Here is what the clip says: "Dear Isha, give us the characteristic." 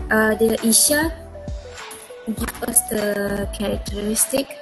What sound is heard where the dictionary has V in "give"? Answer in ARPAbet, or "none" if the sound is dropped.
P